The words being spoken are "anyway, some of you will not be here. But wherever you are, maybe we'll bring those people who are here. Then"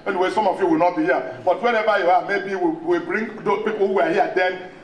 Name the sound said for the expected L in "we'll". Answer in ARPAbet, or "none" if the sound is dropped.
W